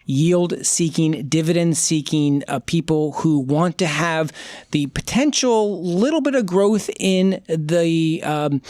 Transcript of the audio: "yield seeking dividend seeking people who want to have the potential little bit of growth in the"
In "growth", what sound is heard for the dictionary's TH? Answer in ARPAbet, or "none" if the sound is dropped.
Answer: TH